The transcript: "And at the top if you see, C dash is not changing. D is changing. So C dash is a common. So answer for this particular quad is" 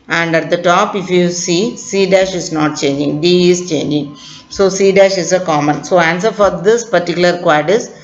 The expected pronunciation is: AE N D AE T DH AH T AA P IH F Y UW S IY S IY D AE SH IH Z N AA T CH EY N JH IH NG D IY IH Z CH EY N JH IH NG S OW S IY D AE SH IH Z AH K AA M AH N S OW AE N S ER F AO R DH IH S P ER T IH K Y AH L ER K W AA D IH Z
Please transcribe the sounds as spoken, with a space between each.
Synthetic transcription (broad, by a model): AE N D AE T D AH T AA P IH F Y UW S IY S IY D AE SH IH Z N AA T CH EY N JH IH NG D IY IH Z CH EY N JH IH NG S OW S IY D AE SH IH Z AH K AA M AH N S OW AE N S ER F AO R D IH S P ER T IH K Y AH L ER K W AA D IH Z